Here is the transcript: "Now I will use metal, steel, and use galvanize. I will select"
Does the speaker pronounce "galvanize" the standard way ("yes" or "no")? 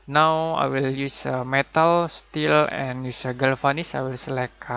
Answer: no